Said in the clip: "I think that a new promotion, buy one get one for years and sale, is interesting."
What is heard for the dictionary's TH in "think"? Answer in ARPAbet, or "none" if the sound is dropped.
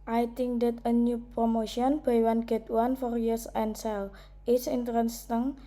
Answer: T